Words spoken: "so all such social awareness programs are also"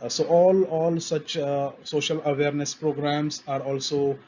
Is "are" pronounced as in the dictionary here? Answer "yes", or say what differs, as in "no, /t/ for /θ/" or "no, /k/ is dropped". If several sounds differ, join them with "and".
yes